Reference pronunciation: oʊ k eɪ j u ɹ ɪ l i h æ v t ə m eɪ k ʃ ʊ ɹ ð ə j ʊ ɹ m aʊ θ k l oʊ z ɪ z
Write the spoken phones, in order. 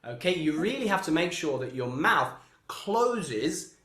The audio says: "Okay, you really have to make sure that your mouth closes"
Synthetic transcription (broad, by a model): oʊ k eɪ j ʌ ɹ ɪ l i h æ f t ə m eɪ k ʃ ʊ ɹ ð ə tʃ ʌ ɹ m aʊ θ k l oʊ z ɪ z